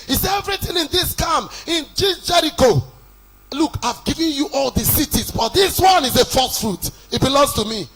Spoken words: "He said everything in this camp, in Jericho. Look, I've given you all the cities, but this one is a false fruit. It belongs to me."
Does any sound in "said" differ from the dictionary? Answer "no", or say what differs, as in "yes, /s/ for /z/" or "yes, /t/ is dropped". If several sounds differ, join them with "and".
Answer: yes, /d/ is dropped